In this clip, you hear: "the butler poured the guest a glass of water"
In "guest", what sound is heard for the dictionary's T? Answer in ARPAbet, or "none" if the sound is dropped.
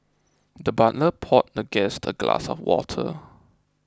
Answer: T